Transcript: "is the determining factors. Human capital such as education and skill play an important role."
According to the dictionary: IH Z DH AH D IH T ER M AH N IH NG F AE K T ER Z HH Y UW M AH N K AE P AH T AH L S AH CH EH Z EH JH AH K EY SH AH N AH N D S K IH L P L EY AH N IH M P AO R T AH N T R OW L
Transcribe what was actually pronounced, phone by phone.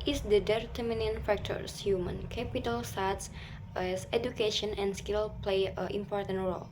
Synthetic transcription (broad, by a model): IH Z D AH D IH T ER M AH N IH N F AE K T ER S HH Y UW M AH N K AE P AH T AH L S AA S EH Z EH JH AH K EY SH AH N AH N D S K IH L P L EY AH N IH M P AO R T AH N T R OW L